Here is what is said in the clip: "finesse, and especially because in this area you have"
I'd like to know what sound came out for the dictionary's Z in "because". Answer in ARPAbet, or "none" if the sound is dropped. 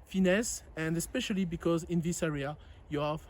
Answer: Z